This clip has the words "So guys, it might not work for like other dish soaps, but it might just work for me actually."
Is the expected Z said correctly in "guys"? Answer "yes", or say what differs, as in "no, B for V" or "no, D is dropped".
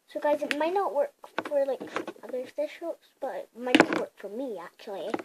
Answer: yes